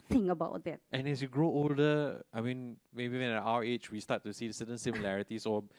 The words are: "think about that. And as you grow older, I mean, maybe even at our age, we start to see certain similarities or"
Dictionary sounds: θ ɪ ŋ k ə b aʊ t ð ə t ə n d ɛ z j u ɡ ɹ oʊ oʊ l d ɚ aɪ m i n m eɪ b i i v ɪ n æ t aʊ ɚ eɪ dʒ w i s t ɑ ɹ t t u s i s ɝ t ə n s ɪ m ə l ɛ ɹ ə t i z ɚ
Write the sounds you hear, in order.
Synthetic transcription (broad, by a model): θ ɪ ŋ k ə b aʊ t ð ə t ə n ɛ s j u ɡ ɹ oʊ oʊ l d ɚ aɪ m i n m eɪ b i i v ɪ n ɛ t aʊ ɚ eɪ tʃ w i s t ɑ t t u s i s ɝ t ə n s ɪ m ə l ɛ ɹ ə t i s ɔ